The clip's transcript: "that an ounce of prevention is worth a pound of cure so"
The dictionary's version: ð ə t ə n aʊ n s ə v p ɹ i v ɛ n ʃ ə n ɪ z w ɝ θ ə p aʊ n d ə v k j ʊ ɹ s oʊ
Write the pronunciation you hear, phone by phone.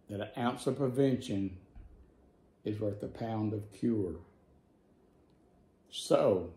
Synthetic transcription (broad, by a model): ð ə t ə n aʊ n s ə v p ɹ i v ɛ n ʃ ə n ɪ z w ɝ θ ə p aʊ n d ə v k j ʊ ɹ s oʊ